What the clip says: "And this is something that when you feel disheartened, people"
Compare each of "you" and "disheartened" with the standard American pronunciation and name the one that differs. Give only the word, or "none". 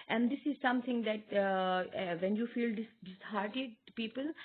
disheartened